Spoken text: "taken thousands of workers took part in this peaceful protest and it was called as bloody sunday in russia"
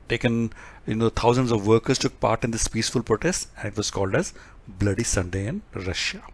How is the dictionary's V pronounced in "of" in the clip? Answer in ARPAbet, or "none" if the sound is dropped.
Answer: V